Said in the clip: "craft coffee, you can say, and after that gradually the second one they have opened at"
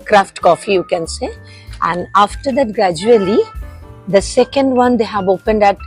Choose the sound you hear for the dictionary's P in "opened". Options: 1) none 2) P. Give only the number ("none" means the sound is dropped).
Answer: 2